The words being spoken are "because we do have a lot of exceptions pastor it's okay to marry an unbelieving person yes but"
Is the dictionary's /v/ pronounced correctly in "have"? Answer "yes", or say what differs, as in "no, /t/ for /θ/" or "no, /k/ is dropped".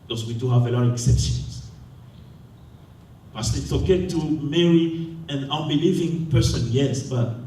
yes